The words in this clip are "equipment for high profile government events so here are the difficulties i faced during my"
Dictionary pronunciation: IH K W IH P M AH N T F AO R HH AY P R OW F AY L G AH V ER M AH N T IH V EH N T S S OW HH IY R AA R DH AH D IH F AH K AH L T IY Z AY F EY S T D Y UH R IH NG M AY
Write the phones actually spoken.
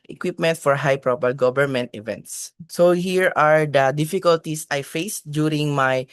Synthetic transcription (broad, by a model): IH K W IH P M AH N T F AO R HH AY P R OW P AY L G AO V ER M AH N T IH V EH N T S S OW HH IY R AA R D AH D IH F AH K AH L T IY S AY F EY S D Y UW R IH NG M AY